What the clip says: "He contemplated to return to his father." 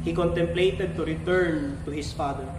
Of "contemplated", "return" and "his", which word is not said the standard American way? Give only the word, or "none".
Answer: his